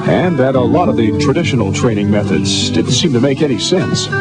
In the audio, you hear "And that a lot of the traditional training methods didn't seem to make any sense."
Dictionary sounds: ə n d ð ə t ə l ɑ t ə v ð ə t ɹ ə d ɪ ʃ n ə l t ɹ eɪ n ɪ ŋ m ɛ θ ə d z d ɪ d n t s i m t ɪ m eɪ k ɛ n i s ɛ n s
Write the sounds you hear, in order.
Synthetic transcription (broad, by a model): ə n ð ə t ə l ɑ t ə v ð ə t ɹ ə d ɪ ʃ n l t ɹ eɪ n ɪ ŋ m ɛ θ ə d z d ɪ d n t s i m t ɪ m eɪ k ɛ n i s ɛ n s